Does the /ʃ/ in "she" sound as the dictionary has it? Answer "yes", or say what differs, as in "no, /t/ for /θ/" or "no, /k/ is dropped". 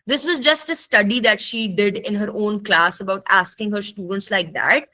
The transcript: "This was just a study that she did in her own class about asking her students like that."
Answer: yes